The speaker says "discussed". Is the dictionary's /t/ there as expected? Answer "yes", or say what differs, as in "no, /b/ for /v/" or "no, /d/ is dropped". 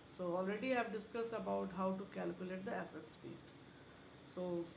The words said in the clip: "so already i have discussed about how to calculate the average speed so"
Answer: no, /t/ is dropped